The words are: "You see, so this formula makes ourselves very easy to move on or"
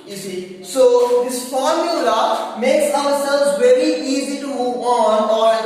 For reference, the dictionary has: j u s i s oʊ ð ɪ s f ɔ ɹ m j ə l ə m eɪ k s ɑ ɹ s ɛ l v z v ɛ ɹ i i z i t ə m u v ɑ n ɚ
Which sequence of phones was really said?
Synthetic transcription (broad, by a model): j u s i s oʊ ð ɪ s f ɔ ɹ m j ə l ə m eɪ k s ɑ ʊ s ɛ l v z v ɛ ɹ i i z i t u ɑ n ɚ